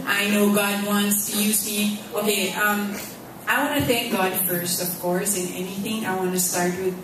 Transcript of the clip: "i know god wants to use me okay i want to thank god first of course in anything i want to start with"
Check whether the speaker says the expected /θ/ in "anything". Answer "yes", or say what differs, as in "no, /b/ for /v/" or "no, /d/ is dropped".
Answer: yes